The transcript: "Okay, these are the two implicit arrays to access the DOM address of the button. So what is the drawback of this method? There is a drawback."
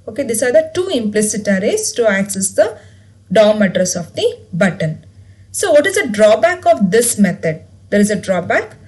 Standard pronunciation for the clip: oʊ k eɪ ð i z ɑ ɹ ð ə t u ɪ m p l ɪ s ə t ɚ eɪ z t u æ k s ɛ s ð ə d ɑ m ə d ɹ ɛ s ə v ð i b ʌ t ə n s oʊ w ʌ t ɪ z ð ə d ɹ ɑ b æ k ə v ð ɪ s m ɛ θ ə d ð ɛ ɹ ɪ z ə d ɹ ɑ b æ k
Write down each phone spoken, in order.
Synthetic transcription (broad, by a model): oʊ k eɪ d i s ɑ ɹ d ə t u ɪ m p l ɪ s ə t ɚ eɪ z t u æ k s ɛ s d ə d ɑ m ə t ɹ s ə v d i b ʌ t ə n s oʊ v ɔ t ɪ z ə d ɹ ɑ b æ k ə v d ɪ s m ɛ t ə d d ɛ ɹ ɪ z ə d ɹ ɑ b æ k